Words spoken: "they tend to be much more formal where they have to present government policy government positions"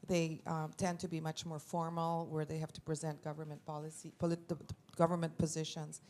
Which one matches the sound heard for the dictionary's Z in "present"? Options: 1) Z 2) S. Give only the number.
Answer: 1